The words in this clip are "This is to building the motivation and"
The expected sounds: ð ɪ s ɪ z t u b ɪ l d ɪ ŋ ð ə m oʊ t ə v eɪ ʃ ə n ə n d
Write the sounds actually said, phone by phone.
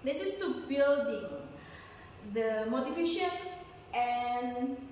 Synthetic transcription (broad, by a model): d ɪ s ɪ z t u b ɪ l d ɪ ŋ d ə m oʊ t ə f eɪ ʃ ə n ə n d